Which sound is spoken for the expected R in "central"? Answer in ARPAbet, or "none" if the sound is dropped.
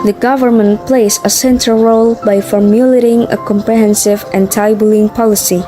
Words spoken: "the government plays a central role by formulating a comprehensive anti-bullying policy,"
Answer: none